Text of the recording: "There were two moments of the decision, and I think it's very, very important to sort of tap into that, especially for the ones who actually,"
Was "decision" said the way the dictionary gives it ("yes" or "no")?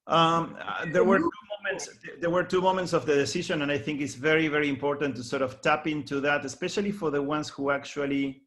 no